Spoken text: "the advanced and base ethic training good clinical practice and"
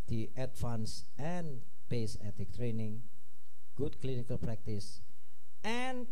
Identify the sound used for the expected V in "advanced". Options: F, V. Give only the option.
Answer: F